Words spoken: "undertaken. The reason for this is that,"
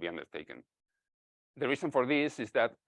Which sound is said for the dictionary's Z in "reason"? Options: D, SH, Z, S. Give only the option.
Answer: S